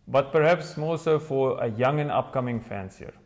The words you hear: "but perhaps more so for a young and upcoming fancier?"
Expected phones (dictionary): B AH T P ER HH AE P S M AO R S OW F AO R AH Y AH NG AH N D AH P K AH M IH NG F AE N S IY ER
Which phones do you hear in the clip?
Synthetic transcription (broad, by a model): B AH T P ER HH AE P S M AO L S OW F AO R AH Y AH NG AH N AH P K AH M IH NG F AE N S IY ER